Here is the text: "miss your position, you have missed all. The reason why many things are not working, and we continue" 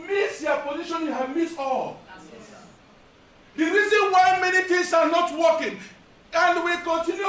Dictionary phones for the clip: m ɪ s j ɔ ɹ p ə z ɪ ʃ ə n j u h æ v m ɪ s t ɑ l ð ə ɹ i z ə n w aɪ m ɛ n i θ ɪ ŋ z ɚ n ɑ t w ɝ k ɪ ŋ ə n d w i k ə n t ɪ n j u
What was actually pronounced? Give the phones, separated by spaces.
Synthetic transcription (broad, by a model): m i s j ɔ p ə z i ʃ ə n j u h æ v m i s ɑ l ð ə ɹ i z ə n w aɪ m ɛ n i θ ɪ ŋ s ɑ n ɑ t w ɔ k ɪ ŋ ə n d w i k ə n t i n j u